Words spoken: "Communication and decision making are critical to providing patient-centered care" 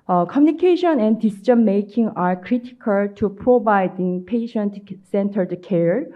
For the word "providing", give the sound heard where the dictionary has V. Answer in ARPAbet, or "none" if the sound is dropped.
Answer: B